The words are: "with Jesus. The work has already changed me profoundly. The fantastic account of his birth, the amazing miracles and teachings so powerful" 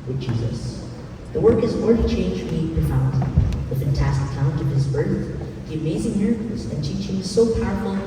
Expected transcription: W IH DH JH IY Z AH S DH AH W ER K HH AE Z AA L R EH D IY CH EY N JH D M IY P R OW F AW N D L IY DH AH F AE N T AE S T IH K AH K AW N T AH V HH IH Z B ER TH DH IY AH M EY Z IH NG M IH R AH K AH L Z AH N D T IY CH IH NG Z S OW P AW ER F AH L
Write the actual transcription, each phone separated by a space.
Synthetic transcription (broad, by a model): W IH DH JH IY Z AH S DH AH W ER K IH Z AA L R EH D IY CH EY N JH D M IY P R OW F AW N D DH AH F AE N T AE S T IH K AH UH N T AH V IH Z B ER TH DH IY AH M EY Z IH NG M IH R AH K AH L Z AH N T IY CH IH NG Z S OW P AW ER F L